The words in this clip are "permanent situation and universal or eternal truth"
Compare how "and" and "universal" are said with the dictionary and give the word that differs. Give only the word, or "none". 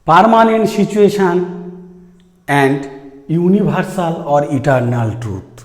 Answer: universal